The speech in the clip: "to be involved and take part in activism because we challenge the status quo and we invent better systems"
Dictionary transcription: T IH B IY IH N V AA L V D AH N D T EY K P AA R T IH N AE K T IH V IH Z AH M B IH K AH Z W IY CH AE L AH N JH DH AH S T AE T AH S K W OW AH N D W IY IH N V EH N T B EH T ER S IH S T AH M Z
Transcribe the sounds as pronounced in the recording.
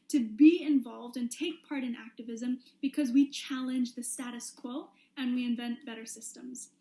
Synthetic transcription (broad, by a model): T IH B IY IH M V AA L V D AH N T EY K P AA R T IH N AE K T IH V IH Z AH M B IH K AH Z W IY CH AE L AH N JH DH AH S T AE T AH S K W OW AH N W IY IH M V EH N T B EH T ER S IH S T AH M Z